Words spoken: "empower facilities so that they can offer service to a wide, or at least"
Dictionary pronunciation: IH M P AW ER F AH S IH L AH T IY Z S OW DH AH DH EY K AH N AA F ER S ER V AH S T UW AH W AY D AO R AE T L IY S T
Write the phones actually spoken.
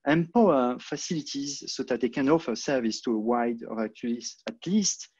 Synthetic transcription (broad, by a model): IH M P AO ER F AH S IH L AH T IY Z S OW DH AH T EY K AH N AA F ER S ER V AH S T UW AH W AY D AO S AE T L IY S T